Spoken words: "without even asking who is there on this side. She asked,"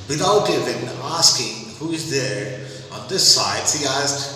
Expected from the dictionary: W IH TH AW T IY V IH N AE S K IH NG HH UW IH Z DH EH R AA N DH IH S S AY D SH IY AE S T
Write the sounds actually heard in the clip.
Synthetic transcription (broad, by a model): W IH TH AW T IY V IH N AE S K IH NG HH UW IH Z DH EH R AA N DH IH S S AY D S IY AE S